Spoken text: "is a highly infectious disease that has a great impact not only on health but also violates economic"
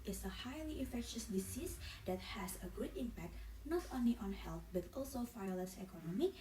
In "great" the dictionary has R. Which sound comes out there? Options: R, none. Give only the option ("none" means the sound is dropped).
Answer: none